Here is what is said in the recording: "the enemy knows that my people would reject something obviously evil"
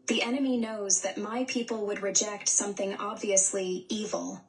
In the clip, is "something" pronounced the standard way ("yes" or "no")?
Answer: yes